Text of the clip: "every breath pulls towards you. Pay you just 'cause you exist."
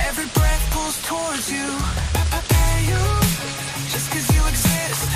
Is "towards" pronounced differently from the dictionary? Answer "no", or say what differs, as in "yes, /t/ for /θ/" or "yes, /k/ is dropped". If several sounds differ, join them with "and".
no